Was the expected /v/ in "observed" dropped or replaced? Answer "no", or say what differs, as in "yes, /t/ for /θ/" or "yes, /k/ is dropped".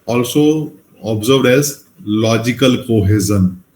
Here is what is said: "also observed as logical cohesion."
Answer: yes, /v/ is dropped